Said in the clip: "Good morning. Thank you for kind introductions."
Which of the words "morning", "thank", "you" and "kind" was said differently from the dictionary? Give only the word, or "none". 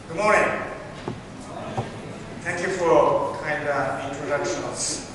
thank